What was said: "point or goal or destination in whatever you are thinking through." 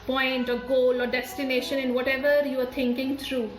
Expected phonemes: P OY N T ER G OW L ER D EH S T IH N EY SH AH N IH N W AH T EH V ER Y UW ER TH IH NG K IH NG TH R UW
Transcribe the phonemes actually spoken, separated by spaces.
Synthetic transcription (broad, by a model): P OY N T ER G OW L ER D EH S T IH N EY SH AH N IH N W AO T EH V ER Y UW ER T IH NG K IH NG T R UW